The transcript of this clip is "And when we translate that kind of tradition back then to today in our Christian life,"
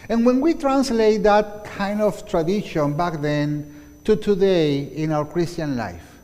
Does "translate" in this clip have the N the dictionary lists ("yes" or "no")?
yes